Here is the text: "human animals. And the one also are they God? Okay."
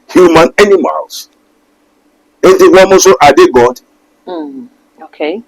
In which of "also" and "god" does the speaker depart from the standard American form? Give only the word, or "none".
also